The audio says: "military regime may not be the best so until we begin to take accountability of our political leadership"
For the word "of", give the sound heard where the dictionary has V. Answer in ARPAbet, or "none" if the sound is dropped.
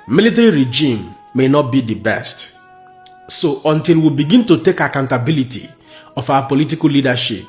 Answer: F